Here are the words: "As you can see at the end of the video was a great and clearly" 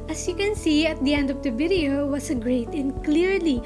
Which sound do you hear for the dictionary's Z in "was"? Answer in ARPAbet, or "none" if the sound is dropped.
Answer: S